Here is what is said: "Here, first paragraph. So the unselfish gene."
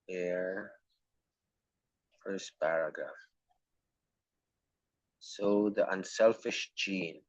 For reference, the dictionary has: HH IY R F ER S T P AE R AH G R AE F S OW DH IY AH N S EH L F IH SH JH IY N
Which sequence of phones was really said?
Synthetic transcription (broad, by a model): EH R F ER S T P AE R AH G R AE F S OW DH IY AH N S EH L F IH SH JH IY N